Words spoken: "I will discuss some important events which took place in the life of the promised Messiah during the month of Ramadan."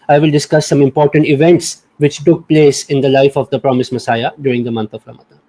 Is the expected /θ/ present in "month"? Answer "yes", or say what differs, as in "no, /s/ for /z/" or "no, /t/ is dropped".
no, /t/ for /θ/